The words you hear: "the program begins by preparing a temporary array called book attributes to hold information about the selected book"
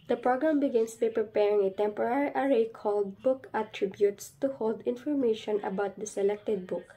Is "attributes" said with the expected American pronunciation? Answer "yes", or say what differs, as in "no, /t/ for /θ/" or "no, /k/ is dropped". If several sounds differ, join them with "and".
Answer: yes